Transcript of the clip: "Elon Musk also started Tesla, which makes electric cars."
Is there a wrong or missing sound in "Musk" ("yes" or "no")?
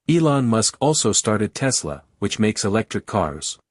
no